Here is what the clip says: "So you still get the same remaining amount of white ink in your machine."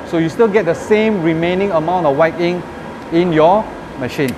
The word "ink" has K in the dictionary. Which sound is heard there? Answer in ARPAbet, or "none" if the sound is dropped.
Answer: none